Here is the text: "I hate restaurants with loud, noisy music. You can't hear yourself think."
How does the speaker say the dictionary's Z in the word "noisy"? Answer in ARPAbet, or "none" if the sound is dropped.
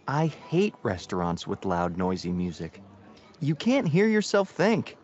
Z